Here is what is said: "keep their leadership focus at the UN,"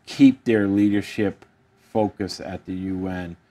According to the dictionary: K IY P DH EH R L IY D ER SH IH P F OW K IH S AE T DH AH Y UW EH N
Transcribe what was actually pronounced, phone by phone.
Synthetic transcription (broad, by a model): K IY P DH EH R L IY D ER SH IH P F OW K IH S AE T DH AH Y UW EH N